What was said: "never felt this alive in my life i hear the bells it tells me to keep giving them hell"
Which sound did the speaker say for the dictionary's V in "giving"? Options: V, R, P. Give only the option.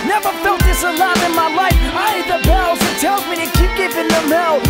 P